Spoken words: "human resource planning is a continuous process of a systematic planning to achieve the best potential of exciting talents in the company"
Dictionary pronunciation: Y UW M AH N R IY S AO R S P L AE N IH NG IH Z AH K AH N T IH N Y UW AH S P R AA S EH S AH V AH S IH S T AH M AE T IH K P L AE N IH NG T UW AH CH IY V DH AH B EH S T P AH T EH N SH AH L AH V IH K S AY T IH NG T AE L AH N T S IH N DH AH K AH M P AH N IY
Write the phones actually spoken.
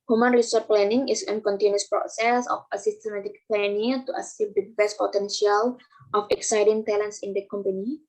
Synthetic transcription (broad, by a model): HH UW M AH N R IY S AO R P L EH N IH NG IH S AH K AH N T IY N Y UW S P R AA S EH S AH F AH S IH S T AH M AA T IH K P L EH N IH T UW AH S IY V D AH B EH S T P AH T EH N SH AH L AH F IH K S AY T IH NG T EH L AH N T S IH N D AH K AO M P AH N IY